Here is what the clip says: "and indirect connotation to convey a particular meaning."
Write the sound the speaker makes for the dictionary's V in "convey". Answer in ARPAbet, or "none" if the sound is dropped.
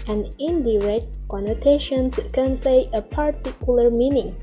P